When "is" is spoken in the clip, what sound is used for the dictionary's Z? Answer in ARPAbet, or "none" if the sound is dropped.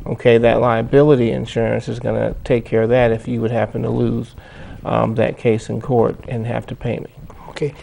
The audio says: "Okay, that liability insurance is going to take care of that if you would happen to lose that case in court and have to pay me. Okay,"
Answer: Z